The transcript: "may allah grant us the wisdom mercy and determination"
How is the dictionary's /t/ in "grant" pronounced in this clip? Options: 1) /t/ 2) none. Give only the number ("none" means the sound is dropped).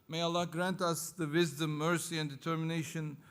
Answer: 1